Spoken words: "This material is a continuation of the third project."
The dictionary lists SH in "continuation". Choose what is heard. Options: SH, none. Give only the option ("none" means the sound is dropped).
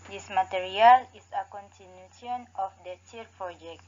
none